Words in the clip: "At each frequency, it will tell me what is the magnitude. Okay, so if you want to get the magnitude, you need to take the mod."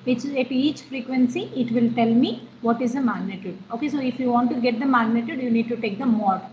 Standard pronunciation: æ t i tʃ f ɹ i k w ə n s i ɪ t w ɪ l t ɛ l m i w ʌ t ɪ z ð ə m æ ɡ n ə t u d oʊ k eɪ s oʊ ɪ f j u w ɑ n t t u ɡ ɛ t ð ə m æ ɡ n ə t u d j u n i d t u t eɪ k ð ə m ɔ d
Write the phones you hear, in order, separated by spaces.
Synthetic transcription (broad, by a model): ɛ t i tʃ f ɹ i k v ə n s i ɪ t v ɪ l t ɛ l m i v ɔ t ɪ z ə m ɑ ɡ n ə t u d oʊ k eɪ s oʊ ɪ f j u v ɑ n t t u ɡ ɛ t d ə m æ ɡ n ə t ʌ d j u n i d t u t eɪ k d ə m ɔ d